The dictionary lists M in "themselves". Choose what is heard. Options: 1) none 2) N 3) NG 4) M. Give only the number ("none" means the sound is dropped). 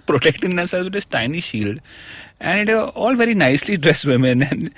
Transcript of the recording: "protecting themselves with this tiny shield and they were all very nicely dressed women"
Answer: 1